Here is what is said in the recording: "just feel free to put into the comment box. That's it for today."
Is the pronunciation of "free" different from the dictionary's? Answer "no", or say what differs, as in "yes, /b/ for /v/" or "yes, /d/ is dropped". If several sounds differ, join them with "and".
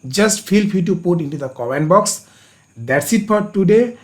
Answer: yes, /ɹ/ is dropped